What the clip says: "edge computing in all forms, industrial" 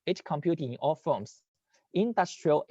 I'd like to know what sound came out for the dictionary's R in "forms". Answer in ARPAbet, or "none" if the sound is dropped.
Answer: L